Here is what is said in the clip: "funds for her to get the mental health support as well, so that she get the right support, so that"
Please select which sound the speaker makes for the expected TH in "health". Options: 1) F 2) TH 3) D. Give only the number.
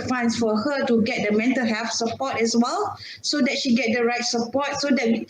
1